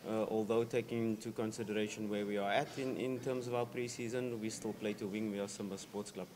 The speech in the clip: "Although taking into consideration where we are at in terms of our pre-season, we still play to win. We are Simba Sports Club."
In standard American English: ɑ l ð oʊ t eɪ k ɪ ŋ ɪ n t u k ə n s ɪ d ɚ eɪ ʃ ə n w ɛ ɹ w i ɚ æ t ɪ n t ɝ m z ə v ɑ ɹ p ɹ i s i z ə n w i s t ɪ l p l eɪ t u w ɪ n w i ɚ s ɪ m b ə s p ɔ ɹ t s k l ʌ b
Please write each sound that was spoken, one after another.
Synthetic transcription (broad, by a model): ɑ l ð oʊ t eɪ k ɪ ŋ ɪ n t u k ə n s ɪ d ɚ eɪ ʃ ə n w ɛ w i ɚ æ t ɪ n t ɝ m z ə v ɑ p ɹ i s i z ə n w i s t ɪ l p l eɪ t u w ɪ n w i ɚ s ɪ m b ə s p ɔ t s k l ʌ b